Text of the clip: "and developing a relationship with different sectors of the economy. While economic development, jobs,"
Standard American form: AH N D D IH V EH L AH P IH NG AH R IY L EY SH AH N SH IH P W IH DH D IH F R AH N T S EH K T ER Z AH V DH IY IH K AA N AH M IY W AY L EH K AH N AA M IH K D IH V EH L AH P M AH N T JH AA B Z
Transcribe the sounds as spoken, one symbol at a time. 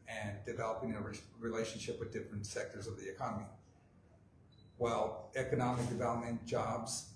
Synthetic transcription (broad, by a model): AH N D D IH V EH L AH P IH NG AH R IY L EY SH AH N SH IH P W IH DH D IH F R AH N T S EH K T ER Z AH V DH IY IH K AA N AH M IY W AY L EH K AH N AA M IH K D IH V EH L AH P M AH N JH AA B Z